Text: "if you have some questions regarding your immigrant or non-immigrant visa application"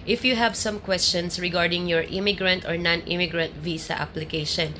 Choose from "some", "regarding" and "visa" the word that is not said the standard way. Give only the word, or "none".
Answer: visa